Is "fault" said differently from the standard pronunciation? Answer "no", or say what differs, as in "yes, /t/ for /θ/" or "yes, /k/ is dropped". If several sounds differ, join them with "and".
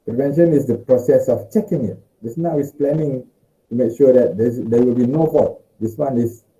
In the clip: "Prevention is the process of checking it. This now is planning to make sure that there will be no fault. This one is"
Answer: yes, /l/ is dropped